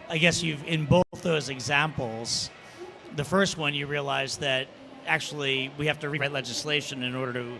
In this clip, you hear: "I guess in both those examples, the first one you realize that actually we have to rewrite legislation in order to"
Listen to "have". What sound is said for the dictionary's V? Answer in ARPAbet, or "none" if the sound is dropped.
F